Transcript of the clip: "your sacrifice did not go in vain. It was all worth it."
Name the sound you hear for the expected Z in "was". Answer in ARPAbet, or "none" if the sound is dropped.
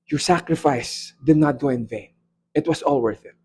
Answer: S